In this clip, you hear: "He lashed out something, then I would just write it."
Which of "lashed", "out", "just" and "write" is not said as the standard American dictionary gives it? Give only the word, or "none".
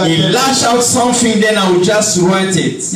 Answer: lashed